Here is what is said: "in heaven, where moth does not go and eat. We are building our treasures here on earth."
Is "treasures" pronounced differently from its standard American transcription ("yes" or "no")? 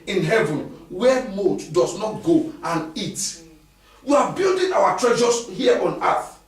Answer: yes